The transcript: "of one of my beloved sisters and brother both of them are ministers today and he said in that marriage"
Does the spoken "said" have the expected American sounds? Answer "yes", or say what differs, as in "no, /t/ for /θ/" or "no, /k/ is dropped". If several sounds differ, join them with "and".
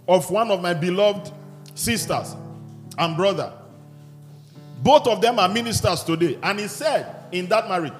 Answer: yes